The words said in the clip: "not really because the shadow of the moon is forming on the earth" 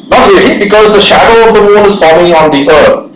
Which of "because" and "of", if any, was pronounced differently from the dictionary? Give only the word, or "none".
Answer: none